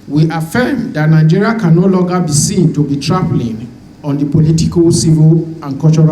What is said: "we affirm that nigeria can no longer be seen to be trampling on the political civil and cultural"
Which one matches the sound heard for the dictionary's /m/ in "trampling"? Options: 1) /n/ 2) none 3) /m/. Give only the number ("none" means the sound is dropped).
2